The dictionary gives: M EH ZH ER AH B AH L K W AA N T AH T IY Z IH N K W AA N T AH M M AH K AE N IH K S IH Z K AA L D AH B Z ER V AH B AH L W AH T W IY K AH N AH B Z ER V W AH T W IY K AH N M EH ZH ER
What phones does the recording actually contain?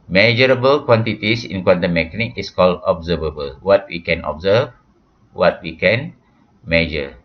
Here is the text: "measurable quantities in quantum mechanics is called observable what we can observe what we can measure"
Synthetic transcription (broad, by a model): M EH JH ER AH B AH L K W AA N T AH T IY S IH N K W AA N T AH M M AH K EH N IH K IH S K AA L D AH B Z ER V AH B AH L W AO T W IY K AH N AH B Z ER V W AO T W IY K AH N M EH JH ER